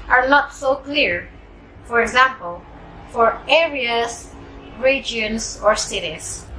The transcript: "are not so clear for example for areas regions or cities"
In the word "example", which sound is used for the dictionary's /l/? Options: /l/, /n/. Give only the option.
/l/